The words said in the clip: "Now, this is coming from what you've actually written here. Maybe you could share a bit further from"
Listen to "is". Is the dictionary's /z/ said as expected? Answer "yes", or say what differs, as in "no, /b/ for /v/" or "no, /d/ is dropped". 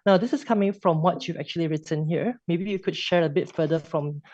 no, /s/ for /z/